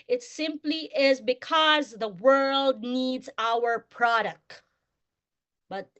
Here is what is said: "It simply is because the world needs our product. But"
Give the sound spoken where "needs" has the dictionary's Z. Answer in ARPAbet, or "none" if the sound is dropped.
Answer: Z